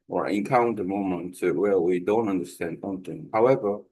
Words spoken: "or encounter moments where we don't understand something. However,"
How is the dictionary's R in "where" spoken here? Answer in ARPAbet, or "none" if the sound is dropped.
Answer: L